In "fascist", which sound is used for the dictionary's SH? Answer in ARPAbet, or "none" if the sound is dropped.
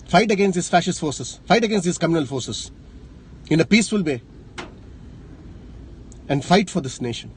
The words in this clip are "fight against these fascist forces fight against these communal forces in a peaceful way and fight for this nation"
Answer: SH